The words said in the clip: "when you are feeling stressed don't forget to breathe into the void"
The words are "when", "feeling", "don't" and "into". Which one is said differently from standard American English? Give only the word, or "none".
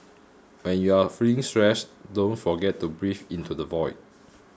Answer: feeling